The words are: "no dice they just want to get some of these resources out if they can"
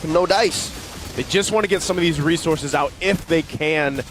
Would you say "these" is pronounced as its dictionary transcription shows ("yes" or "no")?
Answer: yes